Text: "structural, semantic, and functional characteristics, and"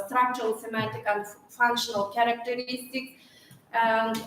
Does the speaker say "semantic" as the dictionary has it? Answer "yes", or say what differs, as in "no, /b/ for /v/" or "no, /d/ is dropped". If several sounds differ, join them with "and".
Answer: no, /n/ is dropped